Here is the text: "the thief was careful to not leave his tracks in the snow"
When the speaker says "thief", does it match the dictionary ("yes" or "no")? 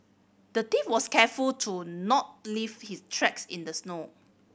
no